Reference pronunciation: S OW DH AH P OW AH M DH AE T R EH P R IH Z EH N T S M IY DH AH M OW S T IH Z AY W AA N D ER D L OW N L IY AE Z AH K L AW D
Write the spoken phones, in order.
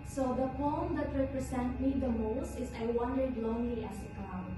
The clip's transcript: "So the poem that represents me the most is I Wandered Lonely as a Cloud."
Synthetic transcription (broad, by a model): S OW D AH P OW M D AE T R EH P R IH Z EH N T M IY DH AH M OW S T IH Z AY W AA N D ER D L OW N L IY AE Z AH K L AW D